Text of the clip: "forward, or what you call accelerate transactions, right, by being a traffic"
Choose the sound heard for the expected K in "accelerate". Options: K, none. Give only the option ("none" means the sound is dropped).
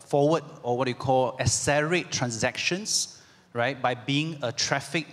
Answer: none